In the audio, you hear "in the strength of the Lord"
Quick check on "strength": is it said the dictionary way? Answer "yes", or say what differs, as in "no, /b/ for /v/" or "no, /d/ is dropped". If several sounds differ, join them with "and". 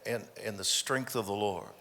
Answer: yes